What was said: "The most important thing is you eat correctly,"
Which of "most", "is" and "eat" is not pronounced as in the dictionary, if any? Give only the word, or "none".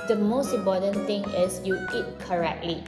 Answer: is